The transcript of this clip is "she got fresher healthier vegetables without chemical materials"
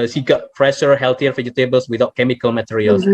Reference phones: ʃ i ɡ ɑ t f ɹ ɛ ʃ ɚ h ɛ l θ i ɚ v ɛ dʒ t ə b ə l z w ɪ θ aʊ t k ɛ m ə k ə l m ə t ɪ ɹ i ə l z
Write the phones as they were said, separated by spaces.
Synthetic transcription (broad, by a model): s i ɡ ɑ t p ɹ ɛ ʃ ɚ h ɛ l t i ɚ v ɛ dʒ t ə b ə l s w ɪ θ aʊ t k ɛ m ə k ə l m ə t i ɹ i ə l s